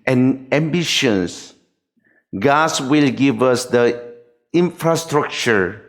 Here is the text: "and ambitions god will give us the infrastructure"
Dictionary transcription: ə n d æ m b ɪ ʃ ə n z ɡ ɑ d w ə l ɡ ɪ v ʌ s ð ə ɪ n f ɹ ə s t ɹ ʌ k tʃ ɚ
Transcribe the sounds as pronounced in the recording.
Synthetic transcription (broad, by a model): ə n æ m b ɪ ʃ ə n s ɡ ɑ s w ə l ɡ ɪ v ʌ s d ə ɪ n f ɹ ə s t ɹ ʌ k tʃ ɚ